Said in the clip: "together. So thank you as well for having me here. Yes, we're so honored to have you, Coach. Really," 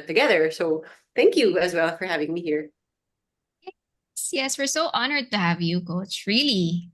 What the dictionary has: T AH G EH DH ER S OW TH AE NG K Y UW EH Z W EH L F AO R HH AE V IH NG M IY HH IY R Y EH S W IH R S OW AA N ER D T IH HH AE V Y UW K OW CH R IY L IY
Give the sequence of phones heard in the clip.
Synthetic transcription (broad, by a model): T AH G EH DH ER S OW TH AE NG K Y UW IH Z W EH L F AO R HH AE V IH NG M IY HH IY R Y EH S W IH R S OW AA N ER D T IH HH AE V Y UW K OW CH R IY L IY